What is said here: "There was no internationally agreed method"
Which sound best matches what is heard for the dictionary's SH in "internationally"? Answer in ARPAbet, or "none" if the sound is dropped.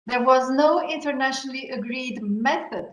SH